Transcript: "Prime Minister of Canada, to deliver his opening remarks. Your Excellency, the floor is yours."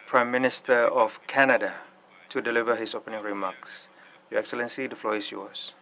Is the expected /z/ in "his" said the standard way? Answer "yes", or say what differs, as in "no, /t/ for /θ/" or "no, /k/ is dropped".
no, /s/ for /z/